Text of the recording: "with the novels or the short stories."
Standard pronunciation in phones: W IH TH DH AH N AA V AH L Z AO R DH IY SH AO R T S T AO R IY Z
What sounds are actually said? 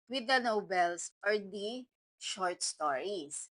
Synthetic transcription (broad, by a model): W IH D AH N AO B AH L S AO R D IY SH AO R T S T AO R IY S